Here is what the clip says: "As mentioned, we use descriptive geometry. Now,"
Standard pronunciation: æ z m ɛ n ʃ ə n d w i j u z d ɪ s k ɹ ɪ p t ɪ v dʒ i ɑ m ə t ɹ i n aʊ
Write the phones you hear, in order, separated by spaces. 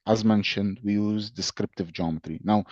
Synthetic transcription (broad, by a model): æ z m ɛ n ʃ ə n d w i j u z d ɪ s k ɹ ɪ p t ɪ v dʒ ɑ m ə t ɹ i n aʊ